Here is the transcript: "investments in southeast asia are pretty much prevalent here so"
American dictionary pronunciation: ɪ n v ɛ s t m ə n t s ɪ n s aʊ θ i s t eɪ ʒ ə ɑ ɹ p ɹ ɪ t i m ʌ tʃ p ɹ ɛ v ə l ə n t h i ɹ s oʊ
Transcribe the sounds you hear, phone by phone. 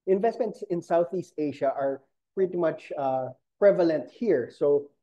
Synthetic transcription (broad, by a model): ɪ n v ɛ s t m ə n t s ɪ n s aʊ θ i s t eɪ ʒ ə ɑ ɹ p ɹ ɪ t i m ʌ tʃ p ɹ ɛ v ə l ə n t h i ɹ s oʊ